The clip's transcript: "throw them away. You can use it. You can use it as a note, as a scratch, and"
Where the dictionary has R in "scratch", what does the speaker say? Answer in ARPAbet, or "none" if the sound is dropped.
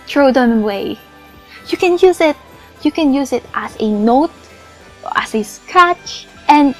none